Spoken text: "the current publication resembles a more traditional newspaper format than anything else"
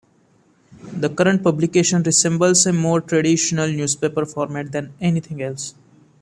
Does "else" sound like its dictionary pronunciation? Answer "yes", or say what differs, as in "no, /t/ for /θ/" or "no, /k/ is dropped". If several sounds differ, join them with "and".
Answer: yes